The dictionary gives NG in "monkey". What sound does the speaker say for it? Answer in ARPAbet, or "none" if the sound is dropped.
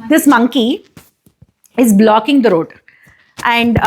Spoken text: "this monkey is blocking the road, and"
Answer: NG